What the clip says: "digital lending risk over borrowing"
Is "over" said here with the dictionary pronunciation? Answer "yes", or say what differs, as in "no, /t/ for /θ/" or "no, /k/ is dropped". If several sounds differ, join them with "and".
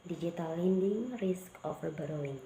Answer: no, /f/ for /v/